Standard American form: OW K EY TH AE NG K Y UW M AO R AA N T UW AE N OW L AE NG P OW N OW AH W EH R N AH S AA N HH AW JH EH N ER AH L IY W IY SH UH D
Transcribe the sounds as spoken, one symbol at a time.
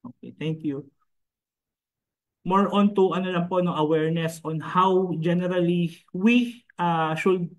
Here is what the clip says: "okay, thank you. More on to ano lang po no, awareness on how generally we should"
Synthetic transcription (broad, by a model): OW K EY T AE NG K Y UW M AO R AA N T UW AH N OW L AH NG P OW N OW AH W EH R N AH S AA N HH AW JH EH N ER AH L IY W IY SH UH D